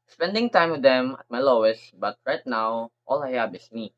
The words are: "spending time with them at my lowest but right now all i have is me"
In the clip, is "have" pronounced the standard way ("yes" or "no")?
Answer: no